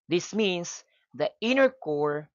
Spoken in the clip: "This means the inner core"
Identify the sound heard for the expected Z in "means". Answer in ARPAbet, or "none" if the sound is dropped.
S